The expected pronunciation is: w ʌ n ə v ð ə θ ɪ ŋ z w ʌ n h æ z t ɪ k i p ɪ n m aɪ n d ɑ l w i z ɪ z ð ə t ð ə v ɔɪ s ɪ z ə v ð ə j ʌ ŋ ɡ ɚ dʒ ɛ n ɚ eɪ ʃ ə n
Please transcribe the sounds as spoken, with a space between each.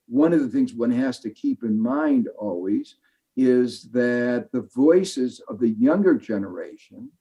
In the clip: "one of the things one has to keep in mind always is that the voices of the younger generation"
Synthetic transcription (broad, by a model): w ʌ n ə v ð ə θ ɪ ŋ z w ʌ n h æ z t ɪ k i p ɪ n m aɪ n d ɑ l w i z ɪ z ð ə t ð ə v ɔɪ s ɪ z ə v ð ə j ʌ ŋ ɡ ɚ dʒ ɛ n ɚ eɪ ʃ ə n